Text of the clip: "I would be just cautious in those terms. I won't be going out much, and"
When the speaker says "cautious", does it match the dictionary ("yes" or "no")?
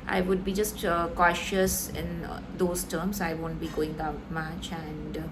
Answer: yes